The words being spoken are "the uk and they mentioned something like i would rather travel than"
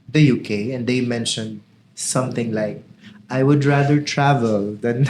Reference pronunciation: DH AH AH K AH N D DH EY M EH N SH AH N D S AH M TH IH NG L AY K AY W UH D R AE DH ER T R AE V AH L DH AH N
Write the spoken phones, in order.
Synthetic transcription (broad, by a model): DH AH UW K AH N D EY M EH N SH AH N D S AH M TH IH NG L AY K AY W UH D R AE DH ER T R AE V AH L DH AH N